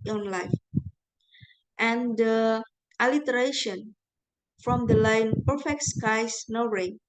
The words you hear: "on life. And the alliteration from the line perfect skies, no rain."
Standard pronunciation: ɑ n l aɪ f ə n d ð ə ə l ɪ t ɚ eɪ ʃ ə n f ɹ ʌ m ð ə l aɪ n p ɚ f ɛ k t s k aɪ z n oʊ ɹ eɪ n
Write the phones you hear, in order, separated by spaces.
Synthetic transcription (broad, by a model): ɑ n l aɪ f ə n d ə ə l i t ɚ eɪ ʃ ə n f ɹ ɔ m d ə l aɪ n p ɚ f ɛ k t s k aɪ s n oʊ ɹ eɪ